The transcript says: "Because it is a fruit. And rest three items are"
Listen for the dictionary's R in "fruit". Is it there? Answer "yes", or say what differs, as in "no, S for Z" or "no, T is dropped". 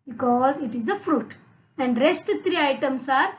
yes